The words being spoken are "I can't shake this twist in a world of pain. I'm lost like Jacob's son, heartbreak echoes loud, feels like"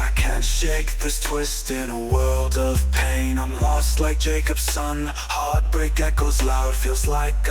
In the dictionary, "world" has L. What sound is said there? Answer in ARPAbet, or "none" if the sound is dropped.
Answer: L